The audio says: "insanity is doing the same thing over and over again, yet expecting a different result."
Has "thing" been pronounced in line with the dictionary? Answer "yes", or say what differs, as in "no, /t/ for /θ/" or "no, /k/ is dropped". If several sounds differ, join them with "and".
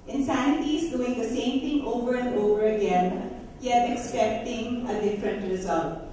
no, /t/ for /θ/